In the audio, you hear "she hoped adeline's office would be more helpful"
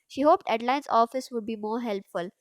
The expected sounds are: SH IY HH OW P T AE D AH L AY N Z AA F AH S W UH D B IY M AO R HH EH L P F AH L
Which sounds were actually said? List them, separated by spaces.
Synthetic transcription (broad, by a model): SH IY HH OW P T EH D L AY N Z AA F AH S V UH D B IY M AO R HH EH L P F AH L